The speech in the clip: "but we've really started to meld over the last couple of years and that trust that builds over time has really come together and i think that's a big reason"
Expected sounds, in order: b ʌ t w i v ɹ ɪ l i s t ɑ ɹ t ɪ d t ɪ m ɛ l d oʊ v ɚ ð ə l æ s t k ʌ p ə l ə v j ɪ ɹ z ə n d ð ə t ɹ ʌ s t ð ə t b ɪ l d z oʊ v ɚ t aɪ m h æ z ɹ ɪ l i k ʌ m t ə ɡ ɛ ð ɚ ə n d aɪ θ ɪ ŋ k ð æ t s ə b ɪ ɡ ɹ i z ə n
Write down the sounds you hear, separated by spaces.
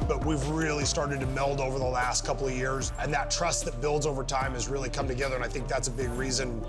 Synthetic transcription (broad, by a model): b ʌ t w i v ɹ ɪ l i s t ɑ ɹ t ɪ d t ɪ m ɛ l d oʊ v ɚ ð ə l æ s t k ʌ p l ə v j ɪ ɹ z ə n ð ə t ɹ ʌ s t ð ə t b ɪ l d z oʊ v ɚ t aɪ m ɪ z ɹ ɪ l i k ʌ m t ə ɡ ɛ ð ɚ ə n aɪ θ ɪ ŋ k ð æ t s ə b ɪ ɡ ɹ i z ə n